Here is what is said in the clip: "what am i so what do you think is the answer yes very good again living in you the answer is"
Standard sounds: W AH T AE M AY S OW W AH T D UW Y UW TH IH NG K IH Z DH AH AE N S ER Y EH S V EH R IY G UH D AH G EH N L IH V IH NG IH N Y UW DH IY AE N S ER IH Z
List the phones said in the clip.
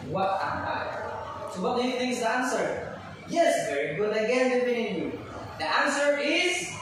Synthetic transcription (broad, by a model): W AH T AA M AY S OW W AH T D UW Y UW TH IH NG K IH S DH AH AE N S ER Y EH S V EH R IY G UH D AH G EH N W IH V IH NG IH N Y UW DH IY AE N S ER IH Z